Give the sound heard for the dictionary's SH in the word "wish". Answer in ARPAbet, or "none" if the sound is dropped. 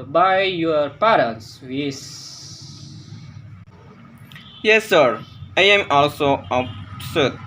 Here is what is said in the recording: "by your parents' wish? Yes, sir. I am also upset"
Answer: S